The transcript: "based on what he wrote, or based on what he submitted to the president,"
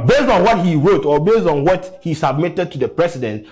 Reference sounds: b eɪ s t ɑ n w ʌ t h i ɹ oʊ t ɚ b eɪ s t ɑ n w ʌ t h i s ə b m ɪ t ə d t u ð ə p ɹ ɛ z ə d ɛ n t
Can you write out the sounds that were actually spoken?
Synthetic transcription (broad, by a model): b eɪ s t ɑ n w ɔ t h i ɹ oʊ t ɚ b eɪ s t ɑ n w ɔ t h i s ə b m ɪ t ə d t u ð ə p ɹ ɛ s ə d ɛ n t